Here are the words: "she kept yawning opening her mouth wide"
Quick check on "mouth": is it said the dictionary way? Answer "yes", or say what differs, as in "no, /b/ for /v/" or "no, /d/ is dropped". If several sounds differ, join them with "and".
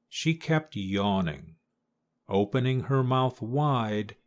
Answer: yes